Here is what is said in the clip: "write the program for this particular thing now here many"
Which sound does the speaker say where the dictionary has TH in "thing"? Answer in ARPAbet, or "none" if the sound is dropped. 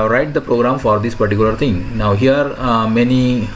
T